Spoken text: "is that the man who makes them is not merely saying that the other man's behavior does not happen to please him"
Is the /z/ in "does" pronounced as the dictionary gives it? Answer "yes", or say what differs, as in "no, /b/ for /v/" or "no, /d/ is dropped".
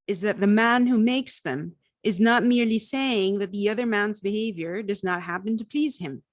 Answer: yes